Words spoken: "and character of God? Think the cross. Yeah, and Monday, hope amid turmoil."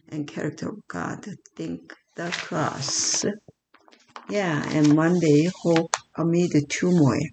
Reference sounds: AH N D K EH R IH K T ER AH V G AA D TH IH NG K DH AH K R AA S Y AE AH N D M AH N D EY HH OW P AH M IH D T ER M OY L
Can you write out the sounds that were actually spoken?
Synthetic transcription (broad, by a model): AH N K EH R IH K T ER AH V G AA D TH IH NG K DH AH K L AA S Y AE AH N M AH N D EY HH OW P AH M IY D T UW M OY